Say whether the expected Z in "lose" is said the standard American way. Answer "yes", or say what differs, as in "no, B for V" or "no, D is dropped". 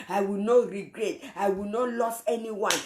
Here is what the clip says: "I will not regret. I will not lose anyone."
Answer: no, S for Z